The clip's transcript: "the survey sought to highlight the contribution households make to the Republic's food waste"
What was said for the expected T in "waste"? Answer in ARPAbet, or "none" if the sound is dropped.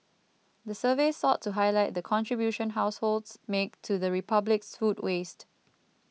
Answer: T